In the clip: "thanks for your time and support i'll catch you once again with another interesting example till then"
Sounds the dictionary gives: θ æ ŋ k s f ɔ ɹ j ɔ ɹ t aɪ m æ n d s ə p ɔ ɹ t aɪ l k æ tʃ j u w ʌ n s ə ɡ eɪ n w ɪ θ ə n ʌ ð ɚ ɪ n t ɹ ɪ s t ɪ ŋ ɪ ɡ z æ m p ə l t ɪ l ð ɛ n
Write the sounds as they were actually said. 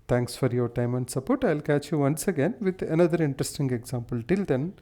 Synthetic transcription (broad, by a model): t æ ŋ k s f ɔ ɹ j ɔ ɹ t aɪ m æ n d s ə p ɔ ɹ t aɪ l k æ tʃ j u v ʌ n s ə ɡ eɪ n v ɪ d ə n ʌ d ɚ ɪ n t ɹ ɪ s t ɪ ŋ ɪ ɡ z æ m p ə l t ɪ l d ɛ n